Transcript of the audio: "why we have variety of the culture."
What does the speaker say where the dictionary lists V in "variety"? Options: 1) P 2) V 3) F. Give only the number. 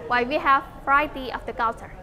3